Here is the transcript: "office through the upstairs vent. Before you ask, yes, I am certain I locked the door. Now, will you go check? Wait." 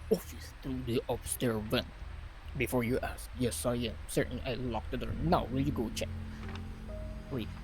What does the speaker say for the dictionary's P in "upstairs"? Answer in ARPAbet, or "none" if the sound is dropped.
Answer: B